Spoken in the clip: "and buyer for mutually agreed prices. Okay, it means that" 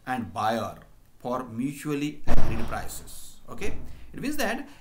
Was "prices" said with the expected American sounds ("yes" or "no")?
no